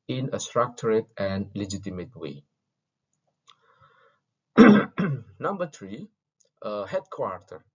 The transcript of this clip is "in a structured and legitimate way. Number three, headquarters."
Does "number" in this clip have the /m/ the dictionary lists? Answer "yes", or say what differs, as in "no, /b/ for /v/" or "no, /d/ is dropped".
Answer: yes